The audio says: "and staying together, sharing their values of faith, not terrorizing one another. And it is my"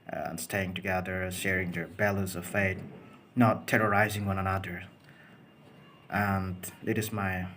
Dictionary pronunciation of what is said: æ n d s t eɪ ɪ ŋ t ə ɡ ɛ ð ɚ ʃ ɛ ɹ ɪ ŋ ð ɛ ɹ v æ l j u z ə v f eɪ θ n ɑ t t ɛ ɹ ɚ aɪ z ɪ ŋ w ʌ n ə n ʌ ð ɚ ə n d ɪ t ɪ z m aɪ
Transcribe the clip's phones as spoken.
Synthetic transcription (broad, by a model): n s t eɪ ɪ ŋ t ə ɡ ɛ ð ɚ ʃ ɛ ɹ ɪ ŋ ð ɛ ɹ b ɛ l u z ə v f eɪ t n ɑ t t ɛ ɹ ɚ aɪ z ɪ ŋ w ʌ n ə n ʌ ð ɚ ə n d ɪ t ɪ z m aɪ